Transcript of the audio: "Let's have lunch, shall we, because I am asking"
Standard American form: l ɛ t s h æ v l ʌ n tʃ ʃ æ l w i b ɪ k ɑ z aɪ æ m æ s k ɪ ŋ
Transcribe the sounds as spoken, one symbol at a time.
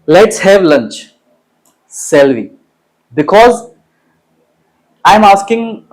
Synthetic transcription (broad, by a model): l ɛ t s h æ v l ʌ n tʃ s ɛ l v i b ɪ k ɑ z aɪ m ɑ s k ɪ ŋ